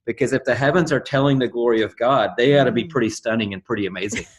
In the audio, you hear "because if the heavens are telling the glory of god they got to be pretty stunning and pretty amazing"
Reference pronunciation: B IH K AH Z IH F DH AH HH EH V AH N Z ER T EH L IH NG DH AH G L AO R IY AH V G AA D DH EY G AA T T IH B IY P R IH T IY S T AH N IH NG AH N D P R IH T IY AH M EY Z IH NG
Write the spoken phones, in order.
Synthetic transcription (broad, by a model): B IH K AH Z IH F DH AH HH EH V AH N Z ER T EH L IH NG DH AH G L AO R IY AH V G AA D DH EY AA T T IH B IY P R IH T IY S T AH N IH NG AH N P R IH T IY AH M EY Z IH NG